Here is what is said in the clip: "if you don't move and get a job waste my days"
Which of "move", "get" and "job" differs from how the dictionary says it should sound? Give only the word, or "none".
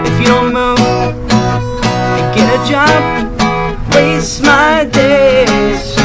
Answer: move